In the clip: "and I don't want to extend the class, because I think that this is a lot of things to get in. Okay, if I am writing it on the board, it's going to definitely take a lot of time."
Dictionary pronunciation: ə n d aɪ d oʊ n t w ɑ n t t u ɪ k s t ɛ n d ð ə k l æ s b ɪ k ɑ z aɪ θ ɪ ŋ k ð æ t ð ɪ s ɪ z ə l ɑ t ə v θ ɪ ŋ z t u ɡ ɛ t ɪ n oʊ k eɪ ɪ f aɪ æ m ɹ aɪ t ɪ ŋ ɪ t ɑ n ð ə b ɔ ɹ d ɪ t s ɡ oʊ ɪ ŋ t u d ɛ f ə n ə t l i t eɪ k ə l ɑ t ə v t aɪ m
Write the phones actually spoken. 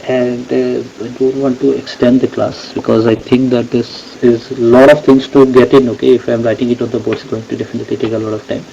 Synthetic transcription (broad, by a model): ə n d aɪ d oʊ n t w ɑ n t t u ɪ k s t ɛ n d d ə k l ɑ s b ɪ k ɑ z aɪ t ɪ ŋ k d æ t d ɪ s ɪ z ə l ɑ t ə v t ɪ ŋ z t u ɡ ɛ t ɪ n oʊ k eɪ ɪ f aɪ m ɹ aɪ t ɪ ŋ ɪ t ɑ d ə b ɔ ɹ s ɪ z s ɡ oʊ ɪ ŋ t u d ɛ f ə n ə t l i t eɪ k ə l ɑ t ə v t aɪ m